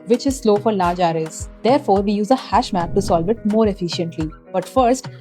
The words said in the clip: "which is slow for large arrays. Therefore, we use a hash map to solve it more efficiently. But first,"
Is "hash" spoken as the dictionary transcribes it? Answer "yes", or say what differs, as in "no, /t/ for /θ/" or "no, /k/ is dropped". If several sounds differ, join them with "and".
yes